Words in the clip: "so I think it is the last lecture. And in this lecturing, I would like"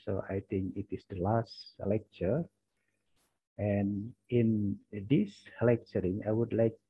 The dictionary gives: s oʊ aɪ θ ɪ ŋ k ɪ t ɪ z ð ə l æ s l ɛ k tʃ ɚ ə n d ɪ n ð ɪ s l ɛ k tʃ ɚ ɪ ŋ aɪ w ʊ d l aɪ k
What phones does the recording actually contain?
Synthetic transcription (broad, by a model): s oʊ aɪ t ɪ ŋ k ɪ t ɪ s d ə l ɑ s l ɛ k tʃ ɚ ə n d ɪ n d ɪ s l ɛ k tʃ ɚ ɪ ŋ aɪ w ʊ d l aɪ k